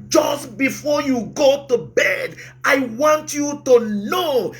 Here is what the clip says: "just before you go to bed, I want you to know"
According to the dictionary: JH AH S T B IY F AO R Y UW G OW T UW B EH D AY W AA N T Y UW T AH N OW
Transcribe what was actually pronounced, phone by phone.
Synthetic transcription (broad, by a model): JH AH S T B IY F AO Y UW G OW T UW B EH D AY W AA N T Y UW T AH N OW